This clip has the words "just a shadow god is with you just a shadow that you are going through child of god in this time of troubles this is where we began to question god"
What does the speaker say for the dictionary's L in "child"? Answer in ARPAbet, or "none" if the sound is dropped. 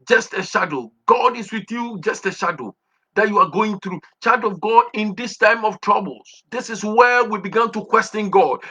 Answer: none